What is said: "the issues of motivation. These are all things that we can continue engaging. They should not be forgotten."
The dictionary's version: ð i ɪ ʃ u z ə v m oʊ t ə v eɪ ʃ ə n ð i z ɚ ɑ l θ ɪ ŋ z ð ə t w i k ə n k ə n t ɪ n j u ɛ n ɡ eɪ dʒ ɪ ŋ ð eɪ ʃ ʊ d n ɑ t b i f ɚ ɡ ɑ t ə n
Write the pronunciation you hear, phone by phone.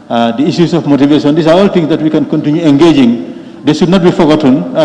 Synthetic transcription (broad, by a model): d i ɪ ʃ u s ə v m oʊ t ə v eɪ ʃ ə n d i s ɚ ɑ l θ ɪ ŋ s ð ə t w i k ə n k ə n t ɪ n j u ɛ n ɡ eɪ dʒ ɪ ŋ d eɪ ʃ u d n ɑ t b i f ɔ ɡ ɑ t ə n